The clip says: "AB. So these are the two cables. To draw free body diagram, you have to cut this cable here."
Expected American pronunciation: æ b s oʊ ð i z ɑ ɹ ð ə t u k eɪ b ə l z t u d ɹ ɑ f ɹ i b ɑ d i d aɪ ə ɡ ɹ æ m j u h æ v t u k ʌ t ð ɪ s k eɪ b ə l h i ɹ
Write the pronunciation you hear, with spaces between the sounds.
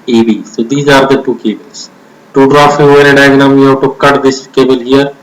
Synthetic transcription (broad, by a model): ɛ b s oʊ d i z ɑ ɹ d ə t u k eɪ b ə l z t u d ɹ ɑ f i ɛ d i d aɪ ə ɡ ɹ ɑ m j u h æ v t u k ʌ t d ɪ s k eɪ b ə l h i ɹ